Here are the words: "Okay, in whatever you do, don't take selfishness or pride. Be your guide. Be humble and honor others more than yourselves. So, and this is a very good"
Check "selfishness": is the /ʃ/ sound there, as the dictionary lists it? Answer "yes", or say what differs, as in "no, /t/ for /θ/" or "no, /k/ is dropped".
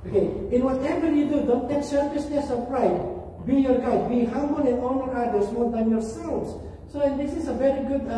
no, /s/ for /ʃ/